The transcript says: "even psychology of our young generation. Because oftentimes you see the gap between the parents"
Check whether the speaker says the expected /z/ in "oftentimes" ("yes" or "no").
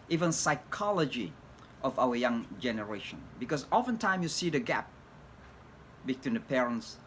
no